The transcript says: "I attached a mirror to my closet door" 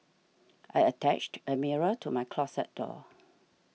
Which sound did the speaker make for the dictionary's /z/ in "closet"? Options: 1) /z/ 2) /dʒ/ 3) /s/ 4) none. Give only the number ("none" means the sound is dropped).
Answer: 3